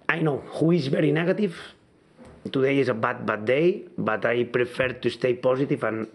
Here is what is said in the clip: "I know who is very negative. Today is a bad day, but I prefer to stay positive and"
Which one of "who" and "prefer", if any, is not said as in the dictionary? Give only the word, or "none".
none